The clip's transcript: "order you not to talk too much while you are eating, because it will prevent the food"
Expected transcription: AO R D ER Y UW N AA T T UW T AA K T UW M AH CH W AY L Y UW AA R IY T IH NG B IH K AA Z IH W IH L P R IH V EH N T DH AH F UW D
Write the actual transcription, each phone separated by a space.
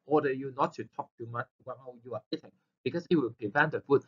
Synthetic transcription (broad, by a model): AO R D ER Y UW N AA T T UW T AA K T UW M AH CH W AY N Y UW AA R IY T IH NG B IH K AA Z IH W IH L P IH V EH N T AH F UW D